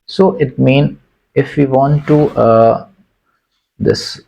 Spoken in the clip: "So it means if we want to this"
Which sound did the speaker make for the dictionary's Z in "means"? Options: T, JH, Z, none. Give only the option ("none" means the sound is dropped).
none